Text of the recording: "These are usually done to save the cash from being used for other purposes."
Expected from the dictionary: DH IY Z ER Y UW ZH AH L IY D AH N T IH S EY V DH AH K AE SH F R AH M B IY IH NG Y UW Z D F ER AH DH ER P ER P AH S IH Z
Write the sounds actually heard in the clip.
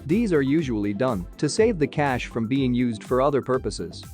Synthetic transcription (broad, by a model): DH IY Z ER Y UW ZH AH L IY D AH N T IH S EY V DH AH K AE SH F R AH M B IY IH NG Y UW Z D F ER AH DH ER P ER P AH S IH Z